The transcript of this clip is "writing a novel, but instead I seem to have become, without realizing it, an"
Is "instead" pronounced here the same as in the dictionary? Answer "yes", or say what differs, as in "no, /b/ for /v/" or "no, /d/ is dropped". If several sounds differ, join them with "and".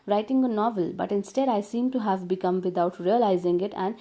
yes